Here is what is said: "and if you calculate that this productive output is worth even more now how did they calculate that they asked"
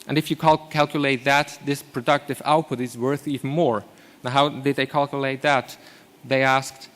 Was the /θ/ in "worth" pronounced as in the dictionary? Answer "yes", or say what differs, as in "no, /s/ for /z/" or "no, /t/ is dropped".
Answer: yes